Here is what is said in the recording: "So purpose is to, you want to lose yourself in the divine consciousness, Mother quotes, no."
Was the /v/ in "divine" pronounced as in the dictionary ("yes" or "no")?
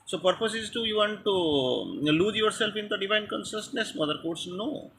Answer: yes